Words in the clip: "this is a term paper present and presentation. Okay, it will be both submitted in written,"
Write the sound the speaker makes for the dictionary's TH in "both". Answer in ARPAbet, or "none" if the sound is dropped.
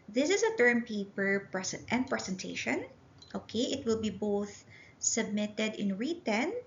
TH